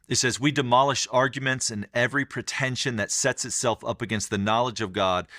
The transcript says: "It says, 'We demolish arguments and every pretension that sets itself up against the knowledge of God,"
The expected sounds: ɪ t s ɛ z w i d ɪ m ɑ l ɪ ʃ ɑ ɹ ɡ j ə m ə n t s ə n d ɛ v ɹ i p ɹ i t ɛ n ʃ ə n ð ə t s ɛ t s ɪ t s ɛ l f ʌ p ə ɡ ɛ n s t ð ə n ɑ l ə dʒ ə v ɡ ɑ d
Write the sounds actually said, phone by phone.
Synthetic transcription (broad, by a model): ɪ t s ɛ z w i d ɪ m ɑ l ɪ ʃ ɑ ɹ ɡ j ə m ə n t s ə n ɛ v ɹ i p ɹ i t ɛ n ʃ ə n ð ə t s ɛ t s ɪ t s ɛ l f ʌ p ə ɡ ɛ n s t ð ə n ɑ l ə dʒ ə v ɡ ɑ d